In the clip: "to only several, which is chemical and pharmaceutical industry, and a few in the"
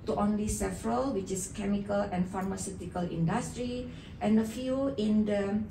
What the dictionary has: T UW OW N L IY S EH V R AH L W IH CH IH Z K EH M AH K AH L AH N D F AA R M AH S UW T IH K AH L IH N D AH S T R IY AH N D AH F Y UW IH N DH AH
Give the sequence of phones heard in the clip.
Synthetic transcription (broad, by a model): T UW OW N L IY S EH V R AH L W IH CH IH S K EH M AH K AH L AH N F AA R M AH S UW T IH K AH L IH N D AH S T R IY AH N D AH F Y UW IH N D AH